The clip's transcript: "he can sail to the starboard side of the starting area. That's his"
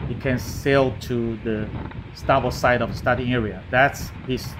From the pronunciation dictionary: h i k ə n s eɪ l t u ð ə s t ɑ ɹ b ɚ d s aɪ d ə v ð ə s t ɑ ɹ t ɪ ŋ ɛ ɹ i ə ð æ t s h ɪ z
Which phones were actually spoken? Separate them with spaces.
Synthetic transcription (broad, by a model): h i k ə n s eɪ l t u ð ə s t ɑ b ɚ s aɪ d ə v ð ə s t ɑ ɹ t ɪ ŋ ɛ ɹ i ə ð æ t s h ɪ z